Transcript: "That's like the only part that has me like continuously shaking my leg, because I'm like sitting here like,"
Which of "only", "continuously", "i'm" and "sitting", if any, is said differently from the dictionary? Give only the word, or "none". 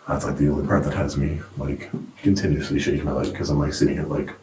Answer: only